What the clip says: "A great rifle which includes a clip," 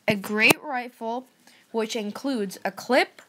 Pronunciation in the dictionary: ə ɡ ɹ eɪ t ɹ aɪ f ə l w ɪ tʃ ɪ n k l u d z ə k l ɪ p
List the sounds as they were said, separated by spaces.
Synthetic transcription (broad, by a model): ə ɡ ɹ eɪ t ɹ aɪ f l w ɪ tʃ ɪ n k l u d z ə k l ɪ p